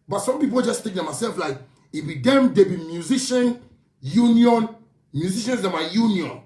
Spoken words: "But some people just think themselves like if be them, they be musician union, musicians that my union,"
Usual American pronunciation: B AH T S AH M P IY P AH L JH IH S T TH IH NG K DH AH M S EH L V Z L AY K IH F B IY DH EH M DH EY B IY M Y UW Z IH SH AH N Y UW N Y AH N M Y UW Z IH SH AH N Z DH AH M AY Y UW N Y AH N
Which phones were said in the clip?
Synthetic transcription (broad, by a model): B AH T S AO M P IY P AH L JH IH S T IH K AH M S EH L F L AY K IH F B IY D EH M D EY B IY M Y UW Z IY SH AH N Y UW N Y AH N M Y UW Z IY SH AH N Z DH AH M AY Y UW N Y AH N